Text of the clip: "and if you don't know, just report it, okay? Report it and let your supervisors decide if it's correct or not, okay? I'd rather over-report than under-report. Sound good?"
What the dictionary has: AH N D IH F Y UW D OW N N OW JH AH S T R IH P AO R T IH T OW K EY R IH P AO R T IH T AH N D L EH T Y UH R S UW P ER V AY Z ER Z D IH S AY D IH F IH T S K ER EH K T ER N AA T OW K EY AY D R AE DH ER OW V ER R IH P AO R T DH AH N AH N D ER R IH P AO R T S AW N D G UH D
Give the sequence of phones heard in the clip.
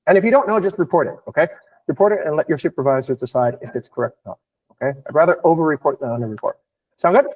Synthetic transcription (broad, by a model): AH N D IH F Y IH D OW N N OW JH AH S T R IH P AO R T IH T OW K EY R IH P AO R T IH T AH N L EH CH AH R SH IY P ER V AY Z ER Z D IH S AY D IH F IH T S K ER EH K T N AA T OW K EY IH R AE DH ER OW V ER R IH P AO R T DH AH N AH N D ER R IH P AO R T S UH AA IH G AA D